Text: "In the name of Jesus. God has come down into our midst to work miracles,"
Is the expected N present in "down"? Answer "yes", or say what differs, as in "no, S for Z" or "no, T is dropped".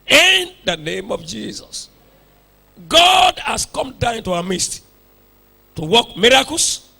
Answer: no, N is dropped